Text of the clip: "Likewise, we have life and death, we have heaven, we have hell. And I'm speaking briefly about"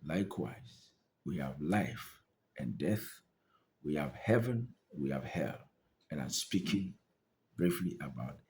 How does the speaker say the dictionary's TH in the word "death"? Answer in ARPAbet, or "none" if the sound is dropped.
TH